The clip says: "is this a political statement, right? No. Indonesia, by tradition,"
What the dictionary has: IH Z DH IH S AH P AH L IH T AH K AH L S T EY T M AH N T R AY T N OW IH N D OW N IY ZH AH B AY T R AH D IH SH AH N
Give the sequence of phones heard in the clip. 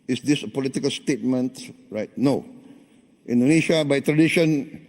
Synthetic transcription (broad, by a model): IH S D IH S AH P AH L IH T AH K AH L S T EY T M AH N T R AY T N OW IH N D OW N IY SH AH B AY T R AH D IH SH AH N